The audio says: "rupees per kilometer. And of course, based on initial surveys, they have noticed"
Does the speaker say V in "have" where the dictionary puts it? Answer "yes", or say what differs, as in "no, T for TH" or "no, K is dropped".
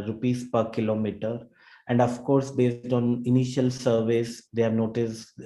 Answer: yes